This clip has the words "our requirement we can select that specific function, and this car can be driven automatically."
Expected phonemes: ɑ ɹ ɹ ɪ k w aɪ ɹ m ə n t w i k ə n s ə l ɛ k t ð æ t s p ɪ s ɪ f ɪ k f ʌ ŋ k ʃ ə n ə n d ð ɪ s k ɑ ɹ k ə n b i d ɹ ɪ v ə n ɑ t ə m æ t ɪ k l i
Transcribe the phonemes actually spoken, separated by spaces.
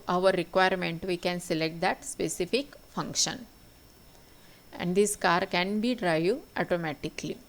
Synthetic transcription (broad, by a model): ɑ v ɹ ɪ k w aɪ ɹ m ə n t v i k ə n s ə l ɛ k t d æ t s p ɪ s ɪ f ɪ k f ʌ ŋ k ʃ ə n ə n d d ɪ s k ɑ ɹ k ə n b i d ɹ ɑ ə ɑ t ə m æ t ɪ k l i